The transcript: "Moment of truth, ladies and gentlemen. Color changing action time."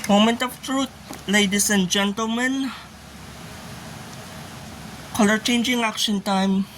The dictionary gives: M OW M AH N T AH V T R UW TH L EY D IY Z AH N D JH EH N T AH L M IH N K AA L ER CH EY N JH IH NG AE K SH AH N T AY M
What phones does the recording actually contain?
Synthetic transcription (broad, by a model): M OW M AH N T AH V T R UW T L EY D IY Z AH N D JH EH N T AH L M IH N K AA L ER CH EY N JH IH NG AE K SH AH N T AY M